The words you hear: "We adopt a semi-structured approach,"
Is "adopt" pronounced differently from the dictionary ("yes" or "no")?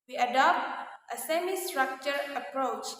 no